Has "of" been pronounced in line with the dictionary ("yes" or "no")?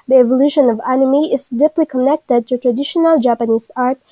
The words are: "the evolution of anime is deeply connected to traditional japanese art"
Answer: yes